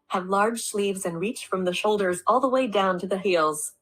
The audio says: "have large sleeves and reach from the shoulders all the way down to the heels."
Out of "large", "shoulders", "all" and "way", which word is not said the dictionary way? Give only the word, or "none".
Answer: none